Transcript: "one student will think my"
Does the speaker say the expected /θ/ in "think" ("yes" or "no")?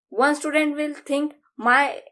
no